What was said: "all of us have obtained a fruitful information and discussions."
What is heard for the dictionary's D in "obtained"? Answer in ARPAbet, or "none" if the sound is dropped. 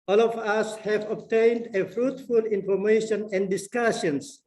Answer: D